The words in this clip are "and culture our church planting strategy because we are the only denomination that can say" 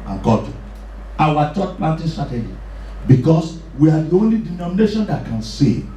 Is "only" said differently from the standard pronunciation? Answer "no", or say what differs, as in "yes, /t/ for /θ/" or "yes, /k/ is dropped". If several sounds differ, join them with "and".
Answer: no